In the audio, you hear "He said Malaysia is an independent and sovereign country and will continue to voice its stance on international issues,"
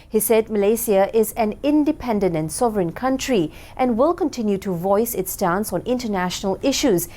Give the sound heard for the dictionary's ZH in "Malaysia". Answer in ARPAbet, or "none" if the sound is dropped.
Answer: S